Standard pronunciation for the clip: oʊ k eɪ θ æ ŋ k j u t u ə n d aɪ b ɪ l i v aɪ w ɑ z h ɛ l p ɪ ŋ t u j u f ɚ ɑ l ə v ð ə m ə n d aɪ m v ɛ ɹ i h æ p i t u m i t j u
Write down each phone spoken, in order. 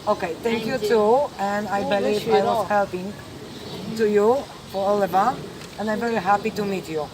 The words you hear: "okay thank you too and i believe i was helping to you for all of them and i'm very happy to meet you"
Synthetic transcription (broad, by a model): oʊ k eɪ t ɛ ŋ k j u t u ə n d aɪ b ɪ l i aɪ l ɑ s h ɛ l p ɪ ŋ t u j u f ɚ ɑ l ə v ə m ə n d aɪ m v ɛ ɹ i h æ p i t u m i t j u